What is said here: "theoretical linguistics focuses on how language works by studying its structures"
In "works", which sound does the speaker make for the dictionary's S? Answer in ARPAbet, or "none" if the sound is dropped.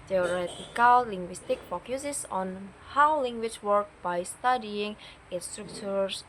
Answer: none